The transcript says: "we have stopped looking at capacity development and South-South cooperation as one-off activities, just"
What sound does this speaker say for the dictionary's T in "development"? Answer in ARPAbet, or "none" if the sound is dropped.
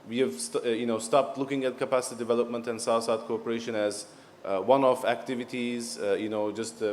T